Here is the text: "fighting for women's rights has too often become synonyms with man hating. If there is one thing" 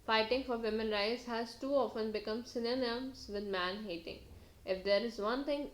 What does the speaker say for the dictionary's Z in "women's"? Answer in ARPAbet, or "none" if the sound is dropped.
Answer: none